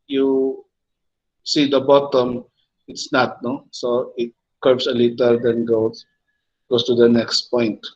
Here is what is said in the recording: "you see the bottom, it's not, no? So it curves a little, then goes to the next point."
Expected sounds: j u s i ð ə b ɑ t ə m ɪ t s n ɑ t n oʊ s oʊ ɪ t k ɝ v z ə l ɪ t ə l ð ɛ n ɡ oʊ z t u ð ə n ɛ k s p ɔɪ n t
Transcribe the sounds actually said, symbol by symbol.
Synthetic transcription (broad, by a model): j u s i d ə b ɑ t ə m ɪ t s n ɑ t n oʊ s oʊ ɪ t k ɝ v s ə l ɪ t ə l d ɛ n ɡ oʊ s t u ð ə n ɛ k s p ɔɪ n t